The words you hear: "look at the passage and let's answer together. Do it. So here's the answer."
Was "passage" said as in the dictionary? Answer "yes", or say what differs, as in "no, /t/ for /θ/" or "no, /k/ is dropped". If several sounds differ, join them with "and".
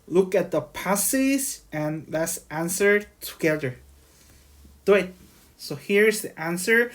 no, /z/ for /dʒ/